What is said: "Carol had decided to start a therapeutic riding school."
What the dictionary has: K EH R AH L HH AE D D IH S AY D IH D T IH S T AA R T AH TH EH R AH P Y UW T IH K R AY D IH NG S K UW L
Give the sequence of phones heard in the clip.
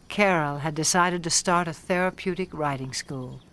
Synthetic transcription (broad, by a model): K EH R L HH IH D D IH S AY D IH D T IH S T AA R T AH TH EH R AH P Y UW T IH K R AY D IH NG S K UW L